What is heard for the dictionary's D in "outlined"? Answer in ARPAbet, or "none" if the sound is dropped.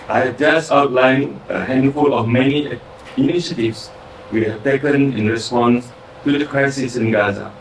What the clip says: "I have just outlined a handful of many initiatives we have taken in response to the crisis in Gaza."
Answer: none